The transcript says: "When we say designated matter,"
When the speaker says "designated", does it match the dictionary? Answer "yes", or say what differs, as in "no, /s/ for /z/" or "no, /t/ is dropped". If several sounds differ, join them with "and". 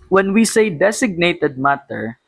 no, /s/ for /z/